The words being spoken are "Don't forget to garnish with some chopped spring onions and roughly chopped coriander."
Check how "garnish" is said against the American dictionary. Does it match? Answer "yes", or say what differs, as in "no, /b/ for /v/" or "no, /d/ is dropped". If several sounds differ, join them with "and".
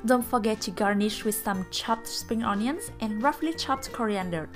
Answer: yes